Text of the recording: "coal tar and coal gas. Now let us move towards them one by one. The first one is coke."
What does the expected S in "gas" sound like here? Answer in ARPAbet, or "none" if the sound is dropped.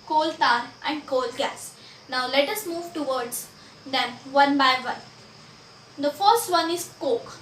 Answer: S